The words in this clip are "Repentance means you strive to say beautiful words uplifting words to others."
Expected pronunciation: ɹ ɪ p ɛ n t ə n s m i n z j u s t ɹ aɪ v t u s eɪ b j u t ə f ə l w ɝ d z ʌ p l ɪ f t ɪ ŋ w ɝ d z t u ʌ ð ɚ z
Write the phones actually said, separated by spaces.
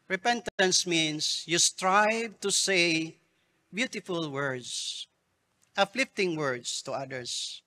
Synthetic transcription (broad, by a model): ɹ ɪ p ɛ n t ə n s m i n s j u s t ɹ aɪ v t u s eɪ b j u t ə f ə l w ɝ d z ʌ f l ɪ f t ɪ ŋ w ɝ d s t u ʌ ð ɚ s